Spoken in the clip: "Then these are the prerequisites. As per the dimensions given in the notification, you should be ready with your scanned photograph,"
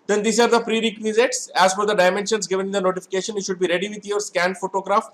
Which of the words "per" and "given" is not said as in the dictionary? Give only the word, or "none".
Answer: per